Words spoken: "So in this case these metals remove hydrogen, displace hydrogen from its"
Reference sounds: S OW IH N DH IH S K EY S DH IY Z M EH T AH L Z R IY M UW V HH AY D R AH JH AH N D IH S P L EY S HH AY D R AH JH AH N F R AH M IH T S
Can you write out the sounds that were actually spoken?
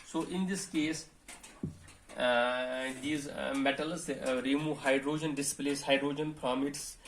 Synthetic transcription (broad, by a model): S OW IH N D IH S K EY S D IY Z M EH T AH L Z R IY M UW HH AY D R AH JH AH N D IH S P L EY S HH AY D R AH JH AH N P R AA M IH T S